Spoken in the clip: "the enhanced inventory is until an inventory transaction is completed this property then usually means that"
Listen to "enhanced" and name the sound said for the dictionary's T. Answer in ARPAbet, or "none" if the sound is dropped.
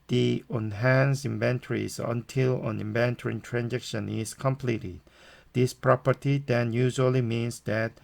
none